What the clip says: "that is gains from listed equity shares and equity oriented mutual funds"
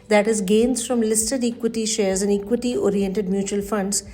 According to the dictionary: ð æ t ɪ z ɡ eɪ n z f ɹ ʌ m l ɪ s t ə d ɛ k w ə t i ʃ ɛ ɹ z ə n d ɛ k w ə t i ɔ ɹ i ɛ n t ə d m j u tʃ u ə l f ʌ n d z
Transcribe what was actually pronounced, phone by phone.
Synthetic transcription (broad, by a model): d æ t ɪ z ɡ eɪ n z f ɹ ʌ m l ɪ s t ə d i k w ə t i ʃ ɛ ɹ z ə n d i k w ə t i ɔ ɹ i ɛ n t ə d m j u tʃ u ə l f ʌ n d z